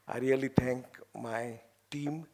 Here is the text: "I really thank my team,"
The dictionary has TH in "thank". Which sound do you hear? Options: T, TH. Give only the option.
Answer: T